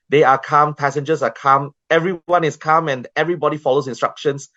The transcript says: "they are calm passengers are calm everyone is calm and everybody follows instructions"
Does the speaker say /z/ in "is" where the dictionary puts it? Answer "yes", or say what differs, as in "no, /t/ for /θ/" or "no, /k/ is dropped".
no, /s/ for /z/